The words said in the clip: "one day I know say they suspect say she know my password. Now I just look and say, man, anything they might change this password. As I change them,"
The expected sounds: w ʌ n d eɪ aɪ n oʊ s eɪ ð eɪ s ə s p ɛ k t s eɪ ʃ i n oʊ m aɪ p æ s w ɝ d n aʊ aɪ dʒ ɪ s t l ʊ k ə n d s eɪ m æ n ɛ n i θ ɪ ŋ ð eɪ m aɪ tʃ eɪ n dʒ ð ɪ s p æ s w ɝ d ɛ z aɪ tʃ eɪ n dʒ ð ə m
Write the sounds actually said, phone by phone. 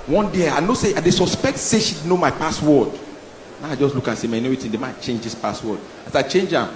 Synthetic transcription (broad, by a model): w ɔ n d eɪ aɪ n oʊ s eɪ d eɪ s ə s p ɛ k t s eɪ ʃ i n oʊ m aɪ p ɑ s w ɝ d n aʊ aɪ dʒ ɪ s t l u k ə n s eɪ m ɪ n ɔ i t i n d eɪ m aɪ tʃ eɪ n dʒ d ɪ s p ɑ s w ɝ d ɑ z aɪ tʃ eɪ n dʒ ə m